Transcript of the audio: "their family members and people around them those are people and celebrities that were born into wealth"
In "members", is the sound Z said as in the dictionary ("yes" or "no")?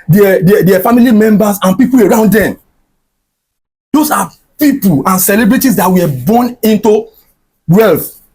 no